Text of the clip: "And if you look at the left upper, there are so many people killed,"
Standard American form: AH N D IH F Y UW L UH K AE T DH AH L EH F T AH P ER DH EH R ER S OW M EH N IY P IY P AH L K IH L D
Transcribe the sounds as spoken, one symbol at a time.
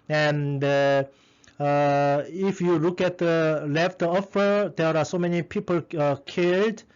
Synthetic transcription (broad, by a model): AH N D IH F Y UW L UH K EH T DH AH L EH F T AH F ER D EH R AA S OW M EH N IY P IY P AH L K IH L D